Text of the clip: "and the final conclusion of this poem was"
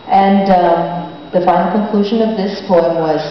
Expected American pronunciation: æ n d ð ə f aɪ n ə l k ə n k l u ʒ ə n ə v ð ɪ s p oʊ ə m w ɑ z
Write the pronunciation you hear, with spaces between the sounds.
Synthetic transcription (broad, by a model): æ n d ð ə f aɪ ə k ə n k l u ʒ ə n ə v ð ɪ s p oʊ ə m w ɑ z